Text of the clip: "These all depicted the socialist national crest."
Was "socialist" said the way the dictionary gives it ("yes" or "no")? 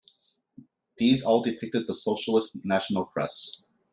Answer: yes